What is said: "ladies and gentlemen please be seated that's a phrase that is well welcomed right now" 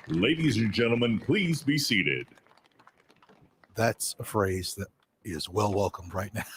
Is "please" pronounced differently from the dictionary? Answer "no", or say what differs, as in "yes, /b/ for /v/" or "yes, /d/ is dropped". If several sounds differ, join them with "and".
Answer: no